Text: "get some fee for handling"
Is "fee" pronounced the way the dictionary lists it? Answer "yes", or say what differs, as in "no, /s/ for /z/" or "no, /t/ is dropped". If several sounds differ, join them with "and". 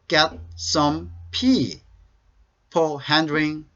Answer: no, /p/ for /f/